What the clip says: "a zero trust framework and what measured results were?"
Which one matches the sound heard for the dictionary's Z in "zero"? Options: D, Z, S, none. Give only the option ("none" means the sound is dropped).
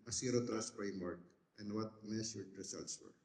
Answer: S